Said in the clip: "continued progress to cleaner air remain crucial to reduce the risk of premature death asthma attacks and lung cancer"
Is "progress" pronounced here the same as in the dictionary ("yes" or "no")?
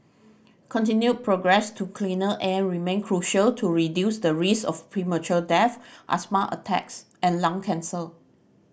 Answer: yes